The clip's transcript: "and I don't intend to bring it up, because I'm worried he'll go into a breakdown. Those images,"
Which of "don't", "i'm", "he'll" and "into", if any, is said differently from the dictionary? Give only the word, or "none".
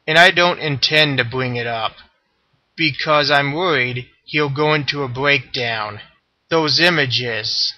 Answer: none